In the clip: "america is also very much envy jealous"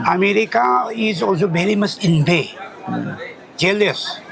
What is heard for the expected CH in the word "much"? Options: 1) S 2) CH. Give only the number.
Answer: 1